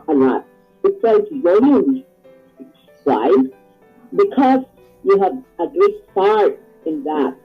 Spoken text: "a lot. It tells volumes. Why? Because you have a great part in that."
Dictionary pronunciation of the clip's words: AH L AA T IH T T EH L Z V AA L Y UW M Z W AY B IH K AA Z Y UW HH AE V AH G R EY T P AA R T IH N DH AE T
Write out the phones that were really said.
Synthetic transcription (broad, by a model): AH L AA T IH T S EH Z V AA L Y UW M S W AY B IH K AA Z Y UW HH AE V AH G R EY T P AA R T IH N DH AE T